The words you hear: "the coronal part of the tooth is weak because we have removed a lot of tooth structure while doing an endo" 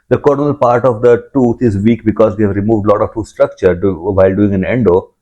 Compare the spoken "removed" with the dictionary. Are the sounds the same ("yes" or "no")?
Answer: yes